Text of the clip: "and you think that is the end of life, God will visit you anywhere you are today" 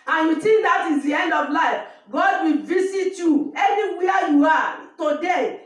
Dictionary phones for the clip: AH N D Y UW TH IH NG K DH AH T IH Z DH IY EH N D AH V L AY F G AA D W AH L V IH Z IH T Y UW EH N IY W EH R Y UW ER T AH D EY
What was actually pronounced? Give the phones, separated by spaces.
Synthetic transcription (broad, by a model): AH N Y UW T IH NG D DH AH T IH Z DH IY EH N D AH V L AY F G AA D W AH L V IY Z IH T Y UW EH N IY W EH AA Y UW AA T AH D EY